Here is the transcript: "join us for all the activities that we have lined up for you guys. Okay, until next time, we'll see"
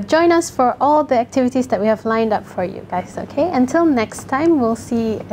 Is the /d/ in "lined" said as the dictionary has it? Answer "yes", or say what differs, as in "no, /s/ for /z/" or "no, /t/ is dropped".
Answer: yes